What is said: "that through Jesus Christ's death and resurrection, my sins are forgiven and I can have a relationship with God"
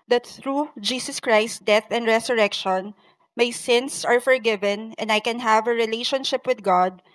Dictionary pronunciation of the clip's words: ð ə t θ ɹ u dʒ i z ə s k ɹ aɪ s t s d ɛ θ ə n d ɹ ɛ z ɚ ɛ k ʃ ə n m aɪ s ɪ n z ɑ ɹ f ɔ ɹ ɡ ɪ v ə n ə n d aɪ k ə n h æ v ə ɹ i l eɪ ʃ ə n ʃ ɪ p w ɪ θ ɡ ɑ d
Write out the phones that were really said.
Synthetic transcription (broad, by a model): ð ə t θ ɹ u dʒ i s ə s k ɹ aɪ s t d ɛ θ ə n d ɹ ɛ s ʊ ɛ k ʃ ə n m aɪ s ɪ n s ɑ ɹ f ɔ ɹ ɡ ɪ v ə n ə n d aɪ k ə n h æ v ə ɹ i l eɪ ʃ ə n ʃ ɪ p w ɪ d ɡ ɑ d